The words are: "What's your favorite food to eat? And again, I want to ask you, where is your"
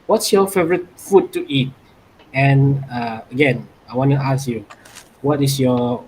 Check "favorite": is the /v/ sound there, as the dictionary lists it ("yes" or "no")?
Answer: yes